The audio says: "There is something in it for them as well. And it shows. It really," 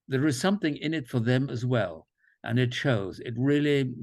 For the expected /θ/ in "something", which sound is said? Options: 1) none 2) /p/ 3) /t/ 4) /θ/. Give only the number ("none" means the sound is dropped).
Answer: 4